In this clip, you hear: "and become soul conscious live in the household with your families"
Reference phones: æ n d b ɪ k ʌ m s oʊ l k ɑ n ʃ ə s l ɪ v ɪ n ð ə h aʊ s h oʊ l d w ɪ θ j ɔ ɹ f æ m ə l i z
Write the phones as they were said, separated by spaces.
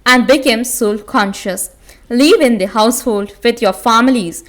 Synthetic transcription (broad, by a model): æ n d b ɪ k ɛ m s oʊ l k ɑ n ʃ ə s l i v ɪ n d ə h aʊ s h oʊ l d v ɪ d j ɔ ɹ f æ m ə l i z